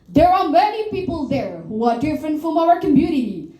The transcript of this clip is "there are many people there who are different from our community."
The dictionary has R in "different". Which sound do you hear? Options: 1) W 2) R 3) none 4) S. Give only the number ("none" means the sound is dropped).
2